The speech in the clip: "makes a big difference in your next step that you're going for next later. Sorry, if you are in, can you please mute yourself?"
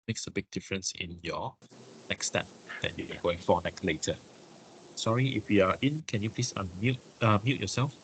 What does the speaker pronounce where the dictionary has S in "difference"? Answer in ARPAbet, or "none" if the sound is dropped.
S